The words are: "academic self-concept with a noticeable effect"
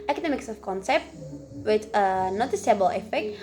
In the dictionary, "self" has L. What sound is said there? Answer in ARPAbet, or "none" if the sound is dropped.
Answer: none